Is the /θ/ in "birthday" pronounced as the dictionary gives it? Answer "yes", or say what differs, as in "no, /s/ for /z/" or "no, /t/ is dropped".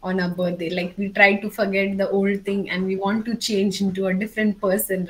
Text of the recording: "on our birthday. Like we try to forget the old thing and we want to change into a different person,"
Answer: no, /t/ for /θ/